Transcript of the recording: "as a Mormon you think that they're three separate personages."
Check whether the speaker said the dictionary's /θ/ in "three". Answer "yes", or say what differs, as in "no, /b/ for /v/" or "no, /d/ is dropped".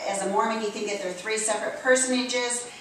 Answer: yes